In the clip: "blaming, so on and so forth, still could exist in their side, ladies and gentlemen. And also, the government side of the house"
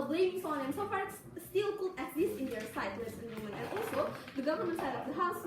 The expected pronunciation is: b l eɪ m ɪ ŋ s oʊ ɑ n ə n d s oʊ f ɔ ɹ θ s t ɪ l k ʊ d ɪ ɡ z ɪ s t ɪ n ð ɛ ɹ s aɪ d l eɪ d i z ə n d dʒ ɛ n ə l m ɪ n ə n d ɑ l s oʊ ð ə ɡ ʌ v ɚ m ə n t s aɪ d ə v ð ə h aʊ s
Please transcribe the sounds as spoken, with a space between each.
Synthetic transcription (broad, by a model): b l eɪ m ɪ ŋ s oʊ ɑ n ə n s oʊ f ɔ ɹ s s t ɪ l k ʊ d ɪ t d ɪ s ɪ n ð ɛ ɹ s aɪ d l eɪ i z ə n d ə m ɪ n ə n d ɑ l s oʊ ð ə ɡ ʌ v ɚ m ə n t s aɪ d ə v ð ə h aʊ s